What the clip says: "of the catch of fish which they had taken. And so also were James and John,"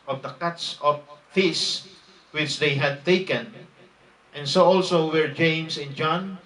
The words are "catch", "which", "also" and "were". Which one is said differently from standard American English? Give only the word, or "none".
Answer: catch